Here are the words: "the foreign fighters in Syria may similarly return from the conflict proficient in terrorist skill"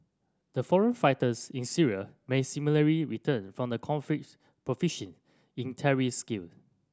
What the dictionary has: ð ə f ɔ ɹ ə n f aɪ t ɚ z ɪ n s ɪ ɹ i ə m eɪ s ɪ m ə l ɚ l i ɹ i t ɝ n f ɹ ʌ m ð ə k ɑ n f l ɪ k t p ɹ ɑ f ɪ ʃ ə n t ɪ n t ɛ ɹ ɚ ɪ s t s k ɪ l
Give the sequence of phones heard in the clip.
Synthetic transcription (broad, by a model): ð ə f ɔ ɹ ə n f aɪ t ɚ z ɪ n s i ɹ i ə m eɪ s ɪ m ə l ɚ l i ɹ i t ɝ n f ɹ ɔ m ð ə k ɑ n f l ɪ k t p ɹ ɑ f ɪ ʃ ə n ɪ n t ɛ ɹ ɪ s s k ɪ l